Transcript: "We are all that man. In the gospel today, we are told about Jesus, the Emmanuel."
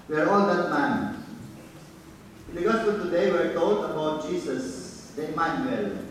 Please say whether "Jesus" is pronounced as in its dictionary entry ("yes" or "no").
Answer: no